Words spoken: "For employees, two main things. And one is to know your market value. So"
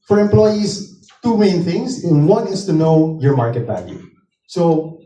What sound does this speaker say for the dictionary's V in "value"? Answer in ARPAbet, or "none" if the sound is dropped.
B